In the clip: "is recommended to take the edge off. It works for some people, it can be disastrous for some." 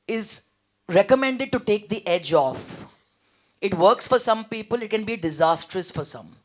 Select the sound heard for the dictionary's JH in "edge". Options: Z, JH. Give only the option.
JH